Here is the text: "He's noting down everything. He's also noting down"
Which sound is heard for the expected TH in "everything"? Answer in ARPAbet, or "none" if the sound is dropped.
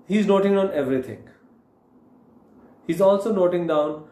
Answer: T